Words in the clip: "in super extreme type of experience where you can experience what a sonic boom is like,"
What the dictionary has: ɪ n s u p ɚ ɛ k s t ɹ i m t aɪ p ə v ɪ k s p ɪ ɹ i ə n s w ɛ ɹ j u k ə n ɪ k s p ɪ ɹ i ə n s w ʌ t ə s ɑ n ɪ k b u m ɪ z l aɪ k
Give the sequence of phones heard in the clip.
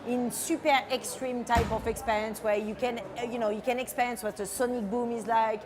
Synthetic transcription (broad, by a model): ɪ n s u p ɚ ɛ k s t ɹ i m t aɪ p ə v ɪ k s p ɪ ɹ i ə n s w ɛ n j u k ə n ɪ k s p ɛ ɹ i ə n s w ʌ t ə s ɑ n ɪ k b u m ɪ z l aɪ k